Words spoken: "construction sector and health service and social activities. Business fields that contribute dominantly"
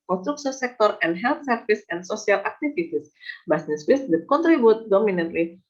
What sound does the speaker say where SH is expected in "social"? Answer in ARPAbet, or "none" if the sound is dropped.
S